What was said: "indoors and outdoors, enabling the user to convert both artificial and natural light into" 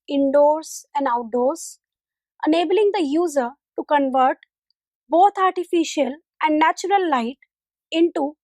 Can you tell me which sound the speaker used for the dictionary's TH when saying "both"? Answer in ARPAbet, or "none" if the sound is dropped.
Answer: T